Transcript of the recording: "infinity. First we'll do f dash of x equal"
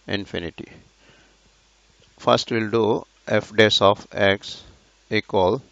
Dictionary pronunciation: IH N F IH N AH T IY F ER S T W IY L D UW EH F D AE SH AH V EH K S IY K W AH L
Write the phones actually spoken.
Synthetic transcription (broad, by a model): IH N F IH N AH T IY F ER S T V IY L D UW EH F D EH S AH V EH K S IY K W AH L